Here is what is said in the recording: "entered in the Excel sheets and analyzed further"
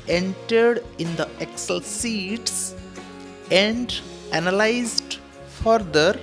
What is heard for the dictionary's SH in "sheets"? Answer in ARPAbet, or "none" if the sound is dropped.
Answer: S